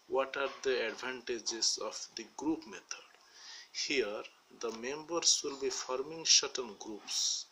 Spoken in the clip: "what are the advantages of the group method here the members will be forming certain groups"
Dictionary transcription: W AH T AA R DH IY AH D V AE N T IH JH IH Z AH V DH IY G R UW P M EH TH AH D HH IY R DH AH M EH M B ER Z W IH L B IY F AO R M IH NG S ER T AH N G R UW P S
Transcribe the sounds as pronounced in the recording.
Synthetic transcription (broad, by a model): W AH T AA R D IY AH D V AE N T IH JH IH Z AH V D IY G R UW P M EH T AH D HH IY R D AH M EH M B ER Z W IH L B IY F AO R M IH NG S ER T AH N G R UW P S